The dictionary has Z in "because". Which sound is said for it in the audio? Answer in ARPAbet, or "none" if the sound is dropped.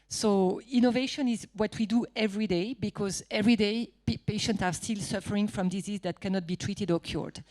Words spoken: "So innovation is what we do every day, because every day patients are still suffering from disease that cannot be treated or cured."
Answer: Z